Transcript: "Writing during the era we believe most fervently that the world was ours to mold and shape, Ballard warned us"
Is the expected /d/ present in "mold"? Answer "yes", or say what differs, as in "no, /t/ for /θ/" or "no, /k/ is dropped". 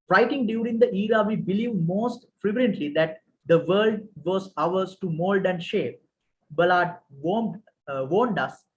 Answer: yes